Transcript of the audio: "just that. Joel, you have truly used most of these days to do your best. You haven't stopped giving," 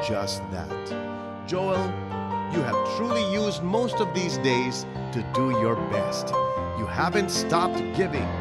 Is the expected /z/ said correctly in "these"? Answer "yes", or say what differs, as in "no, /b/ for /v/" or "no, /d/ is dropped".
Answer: yes